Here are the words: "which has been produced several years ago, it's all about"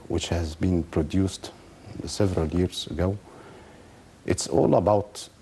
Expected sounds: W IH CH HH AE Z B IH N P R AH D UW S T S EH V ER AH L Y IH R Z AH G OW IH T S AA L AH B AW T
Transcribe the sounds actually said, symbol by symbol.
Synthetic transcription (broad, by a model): W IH CH HH AE Z B IH N P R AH D UW S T S EH V ER AH L Y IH R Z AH G OW IH T S AA L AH B AW T